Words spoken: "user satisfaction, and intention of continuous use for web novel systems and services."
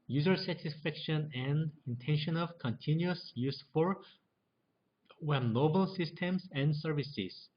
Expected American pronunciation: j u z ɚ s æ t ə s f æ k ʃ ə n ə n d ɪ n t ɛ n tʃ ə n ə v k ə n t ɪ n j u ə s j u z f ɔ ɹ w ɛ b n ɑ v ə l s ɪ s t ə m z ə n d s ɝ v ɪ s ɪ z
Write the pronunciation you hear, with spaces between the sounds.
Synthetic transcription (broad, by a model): j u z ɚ s æ t ə s f æ k ʃ ə n ə n d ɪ n t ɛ n ʃ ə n ə v k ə n t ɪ n j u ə s j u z f ɔ ɹ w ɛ n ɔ b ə l s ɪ s t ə m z ə n d s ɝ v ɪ s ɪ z